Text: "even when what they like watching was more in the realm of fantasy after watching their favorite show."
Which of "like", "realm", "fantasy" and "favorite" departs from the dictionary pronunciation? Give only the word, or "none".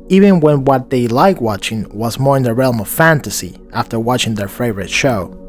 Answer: none